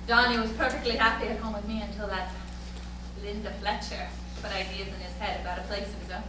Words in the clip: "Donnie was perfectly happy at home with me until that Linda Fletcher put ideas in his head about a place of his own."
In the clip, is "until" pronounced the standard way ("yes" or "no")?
yes